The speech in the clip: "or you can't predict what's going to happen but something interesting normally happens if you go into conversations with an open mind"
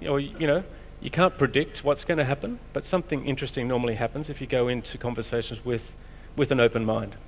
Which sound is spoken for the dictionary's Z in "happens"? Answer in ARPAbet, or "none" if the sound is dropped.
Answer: Z